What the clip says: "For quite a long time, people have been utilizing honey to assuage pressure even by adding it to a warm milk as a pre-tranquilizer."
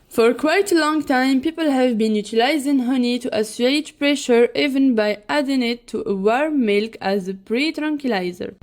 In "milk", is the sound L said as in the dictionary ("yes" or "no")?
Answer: yes